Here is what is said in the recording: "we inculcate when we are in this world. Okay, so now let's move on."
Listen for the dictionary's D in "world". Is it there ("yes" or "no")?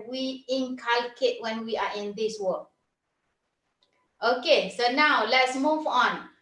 no